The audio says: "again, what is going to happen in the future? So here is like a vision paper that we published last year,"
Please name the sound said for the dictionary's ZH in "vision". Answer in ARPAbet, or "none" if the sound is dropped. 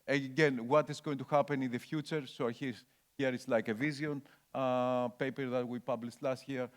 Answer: Z